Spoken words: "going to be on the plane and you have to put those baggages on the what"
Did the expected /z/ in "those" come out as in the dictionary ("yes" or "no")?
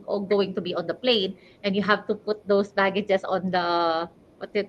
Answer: no